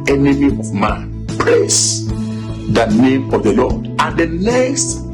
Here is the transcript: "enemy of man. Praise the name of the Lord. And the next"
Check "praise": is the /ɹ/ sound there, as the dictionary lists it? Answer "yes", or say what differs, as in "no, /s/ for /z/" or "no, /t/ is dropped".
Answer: no, /l/ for /ɹ/